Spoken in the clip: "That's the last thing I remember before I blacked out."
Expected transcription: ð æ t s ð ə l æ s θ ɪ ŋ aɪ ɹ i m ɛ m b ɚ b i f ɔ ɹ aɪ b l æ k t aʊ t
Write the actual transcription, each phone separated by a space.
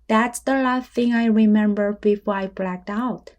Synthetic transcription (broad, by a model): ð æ t s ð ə l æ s θ ɪ ŋ aɪ ɹ i m ɛ m b ɚ b i f ɔ ɹ aɪ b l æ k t aʊ t